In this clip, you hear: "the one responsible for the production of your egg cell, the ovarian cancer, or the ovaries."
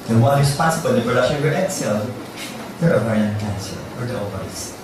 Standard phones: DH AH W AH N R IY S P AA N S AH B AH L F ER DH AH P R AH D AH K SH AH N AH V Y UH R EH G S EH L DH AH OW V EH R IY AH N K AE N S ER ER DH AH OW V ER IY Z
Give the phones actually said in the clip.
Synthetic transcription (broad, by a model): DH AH W AH N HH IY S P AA S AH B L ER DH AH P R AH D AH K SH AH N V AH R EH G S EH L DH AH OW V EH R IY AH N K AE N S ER ER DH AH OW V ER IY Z